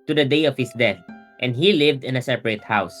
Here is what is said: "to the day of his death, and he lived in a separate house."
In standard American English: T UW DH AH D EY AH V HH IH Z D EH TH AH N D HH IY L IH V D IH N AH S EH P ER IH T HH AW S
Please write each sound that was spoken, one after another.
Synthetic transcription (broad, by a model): T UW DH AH D EY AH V HH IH S D EH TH AH N D HH IY L IH V D IH N AH S EH P ER IH T HH AW S